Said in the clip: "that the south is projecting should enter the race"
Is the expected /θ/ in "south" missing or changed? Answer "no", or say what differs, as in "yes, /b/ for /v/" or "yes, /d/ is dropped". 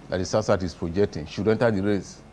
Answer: yes, /s/ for /θ/